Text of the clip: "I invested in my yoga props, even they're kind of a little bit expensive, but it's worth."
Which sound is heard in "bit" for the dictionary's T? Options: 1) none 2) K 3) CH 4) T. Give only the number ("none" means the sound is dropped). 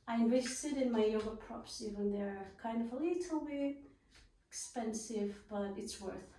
1